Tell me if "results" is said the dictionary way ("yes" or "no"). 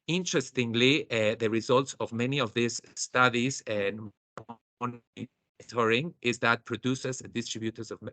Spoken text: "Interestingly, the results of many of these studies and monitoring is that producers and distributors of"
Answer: yes